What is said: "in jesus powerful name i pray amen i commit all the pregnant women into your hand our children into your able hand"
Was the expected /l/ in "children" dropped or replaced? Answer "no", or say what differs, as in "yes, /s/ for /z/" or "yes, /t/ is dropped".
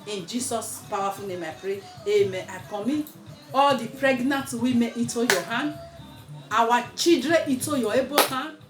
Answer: yes, /l/ is dropped